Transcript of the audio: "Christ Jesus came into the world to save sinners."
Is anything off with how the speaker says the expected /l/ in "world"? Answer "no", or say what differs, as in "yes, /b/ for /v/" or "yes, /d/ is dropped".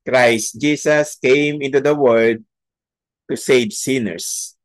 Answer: yes, /l/ is dropped